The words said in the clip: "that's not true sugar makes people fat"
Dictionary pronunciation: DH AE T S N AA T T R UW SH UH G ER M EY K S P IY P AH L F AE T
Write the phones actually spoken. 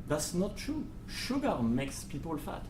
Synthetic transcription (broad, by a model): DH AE T S N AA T T R UW SH UH G ER M EY K S P IY P AH L F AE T